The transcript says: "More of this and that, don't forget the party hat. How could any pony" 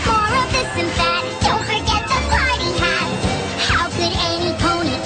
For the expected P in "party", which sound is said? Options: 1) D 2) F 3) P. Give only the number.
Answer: 2